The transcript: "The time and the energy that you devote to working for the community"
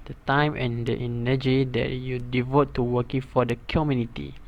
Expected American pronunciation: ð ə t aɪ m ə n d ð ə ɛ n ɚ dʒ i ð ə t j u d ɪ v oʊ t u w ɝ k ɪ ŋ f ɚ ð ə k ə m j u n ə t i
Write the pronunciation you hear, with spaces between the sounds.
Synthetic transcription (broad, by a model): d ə t aɪ m ə n d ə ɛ n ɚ dʒ i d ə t j u d ɪ v oʊ t u w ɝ k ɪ ŋ f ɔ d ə k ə m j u n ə t i